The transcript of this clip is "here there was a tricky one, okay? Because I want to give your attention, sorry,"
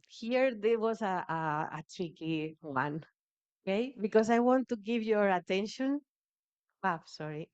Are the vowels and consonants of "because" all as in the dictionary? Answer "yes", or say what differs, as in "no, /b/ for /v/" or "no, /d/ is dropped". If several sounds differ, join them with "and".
no, /s/ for /z/